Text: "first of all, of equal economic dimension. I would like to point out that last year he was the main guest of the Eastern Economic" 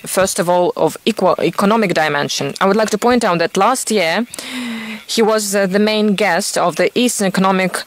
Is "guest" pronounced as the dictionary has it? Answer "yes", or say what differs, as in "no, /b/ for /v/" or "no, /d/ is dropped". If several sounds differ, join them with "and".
yes